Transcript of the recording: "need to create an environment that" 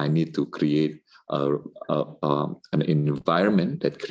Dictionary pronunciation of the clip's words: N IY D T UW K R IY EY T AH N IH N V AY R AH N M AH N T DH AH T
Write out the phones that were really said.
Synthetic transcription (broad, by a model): N IY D T UW K R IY EY T AH N IH N V AY R AH N M AH N T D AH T